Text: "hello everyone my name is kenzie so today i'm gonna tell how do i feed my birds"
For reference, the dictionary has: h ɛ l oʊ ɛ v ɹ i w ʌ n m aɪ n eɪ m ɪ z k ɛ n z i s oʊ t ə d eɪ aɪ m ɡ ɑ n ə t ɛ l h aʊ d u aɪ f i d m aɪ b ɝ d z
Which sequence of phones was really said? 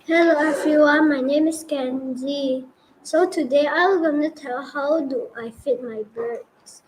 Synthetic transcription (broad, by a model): h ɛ l oʊ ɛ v ɹ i w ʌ n m aɪ n eɪ m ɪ s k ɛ n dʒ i s oʊ t ə d eɪ aɪ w ɡ ɑ n ə t ɛ l h aʊ d u aɪ f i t m aɪ b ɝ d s